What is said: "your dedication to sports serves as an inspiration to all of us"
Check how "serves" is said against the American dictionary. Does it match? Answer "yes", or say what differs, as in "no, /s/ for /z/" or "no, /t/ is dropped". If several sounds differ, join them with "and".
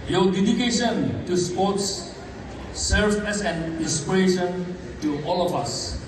no, /z/ is dropped